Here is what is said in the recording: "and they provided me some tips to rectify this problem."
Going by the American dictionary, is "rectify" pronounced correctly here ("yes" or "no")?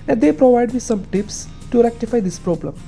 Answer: yes